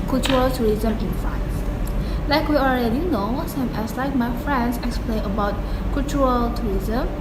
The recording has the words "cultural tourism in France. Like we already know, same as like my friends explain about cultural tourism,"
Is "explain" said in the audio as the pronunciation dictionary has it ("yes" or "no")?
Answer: yes